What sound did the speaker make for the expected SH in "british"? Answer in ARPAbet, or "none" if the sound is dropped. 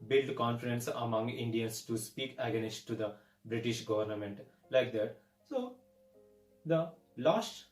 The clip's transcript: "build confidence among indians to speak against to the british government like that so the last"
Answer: SH